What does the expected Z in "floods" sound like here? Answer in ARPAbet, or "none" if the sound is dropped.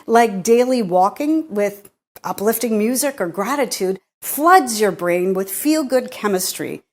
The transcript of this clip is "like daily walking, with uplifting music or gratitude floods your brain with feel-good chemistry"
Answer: Z